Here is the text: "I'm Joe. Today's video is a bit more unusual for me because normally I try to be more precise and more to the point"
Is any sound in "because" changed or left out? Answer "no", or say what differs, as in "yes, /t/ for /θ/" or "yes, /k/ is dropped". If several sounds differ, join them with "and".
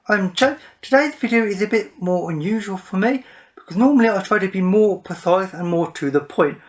no